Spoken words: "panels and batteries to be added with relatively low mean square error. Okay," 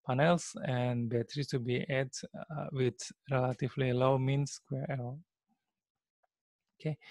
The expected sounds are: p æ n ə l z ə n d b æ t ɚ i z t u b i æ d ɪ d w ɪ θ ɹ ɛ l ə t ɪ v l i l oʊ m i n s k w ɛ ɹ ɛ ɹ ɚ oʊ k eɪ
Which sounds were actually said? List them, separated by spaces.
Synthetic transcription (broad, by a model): p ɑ n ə l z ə n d b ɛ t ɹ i t u b i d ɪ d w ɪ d ɹ ɛ l ə t ɪ v l i l oʊ m i n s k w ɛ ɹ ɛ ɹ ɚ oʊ k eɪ